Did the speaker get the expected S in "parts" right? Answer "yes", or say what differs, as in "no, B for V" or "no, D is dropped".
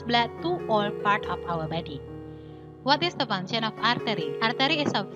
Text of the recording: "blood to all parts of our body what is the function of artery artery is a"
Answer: no, S is dropped